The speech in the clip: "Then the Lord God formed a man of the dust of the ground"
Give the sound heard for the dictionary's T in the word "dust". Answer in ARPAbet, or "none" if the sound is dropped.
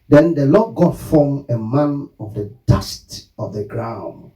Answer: T